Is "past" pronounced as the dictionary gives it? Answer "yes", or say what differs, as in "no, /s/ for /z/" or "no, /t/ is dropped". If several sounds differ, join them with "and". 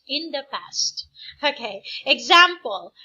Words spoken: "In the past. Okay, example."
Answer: yes